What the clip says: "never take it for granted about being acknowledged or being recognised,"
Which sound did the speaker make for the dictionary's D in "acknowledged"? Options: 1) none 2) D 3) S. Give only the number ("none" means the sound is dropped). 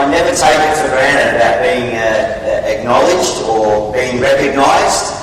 2